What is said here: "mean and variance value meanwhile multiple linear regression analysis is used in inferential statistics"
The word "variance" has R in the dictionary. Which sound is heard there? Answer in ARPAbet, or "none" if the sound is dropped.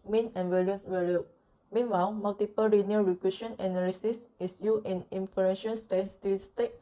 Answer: L